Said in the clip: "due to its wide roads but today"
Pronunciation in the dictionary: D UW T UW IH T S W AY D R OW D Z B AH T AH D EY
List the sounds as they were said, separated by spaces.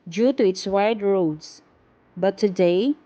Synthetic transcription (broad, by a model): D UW T UW IH T S W AY D R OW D S B AH T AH D EY